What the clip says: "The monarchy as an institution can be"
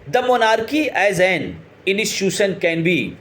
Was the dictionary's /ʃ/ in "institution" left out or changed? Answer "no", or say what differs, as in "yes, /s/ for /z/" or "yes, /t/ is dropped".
yes, /s/ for /ʃ/